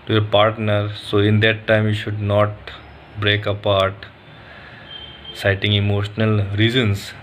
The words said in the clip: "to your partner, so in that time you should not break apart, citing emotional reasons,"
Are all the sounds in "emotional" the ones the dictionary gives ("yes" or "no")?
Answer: yes